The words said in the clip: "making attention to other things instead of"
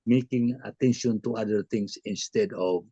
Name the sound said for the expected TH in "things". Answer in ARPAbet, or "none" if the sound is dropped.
T